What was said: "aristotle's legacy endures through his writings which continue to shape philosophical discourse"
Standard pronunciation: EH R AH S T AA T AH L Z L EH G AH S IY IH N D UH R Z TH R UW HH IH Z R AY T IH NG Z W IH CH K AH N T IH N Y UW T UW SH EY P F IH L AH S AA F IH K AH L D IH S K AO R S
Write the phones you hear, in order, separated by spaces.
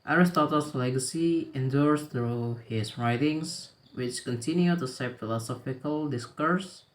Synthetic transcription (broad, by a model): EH R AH S T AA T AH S L EH G AH S IY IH N D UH R S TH R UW HH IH S R AY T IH NG S W IH CH K AH N T IH N Y UW T UW S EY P F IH L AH S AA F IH K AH L D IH S K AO R S